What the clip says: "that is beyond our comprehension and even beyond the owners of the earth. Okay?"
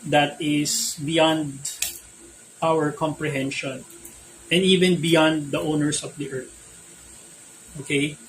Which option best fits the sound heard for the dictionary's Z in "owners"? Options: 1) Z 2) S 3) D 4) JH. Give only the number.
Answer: 2